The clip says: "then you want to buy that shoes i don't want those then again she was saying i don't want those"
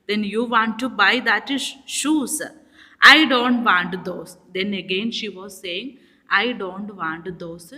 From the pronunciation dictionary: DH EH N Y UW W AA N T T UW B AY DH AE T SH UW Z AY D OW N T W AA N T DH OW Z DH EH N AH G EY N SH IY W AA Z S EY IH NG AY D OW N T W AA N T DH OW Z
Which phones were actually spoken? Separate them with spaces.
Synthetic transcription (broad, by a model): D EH N Y UW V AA N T T UW B AY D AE T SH UW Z AY D OW N T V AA N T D OW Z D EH N AH G EY N SH IY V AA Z S EY IH NG AY D OW N T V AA N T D OW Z